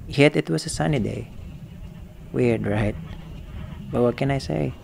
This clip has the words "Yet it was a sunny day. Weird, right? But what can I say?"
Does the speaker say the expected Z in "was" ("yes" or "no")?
no